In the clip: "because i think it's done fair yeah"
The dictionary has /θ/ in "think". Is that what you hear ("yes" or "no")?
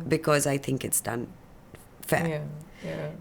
yes